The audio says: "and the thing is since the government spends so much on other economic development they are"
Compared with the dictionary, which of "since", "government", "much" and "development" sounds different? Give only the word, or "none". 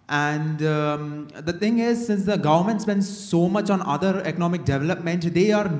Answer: none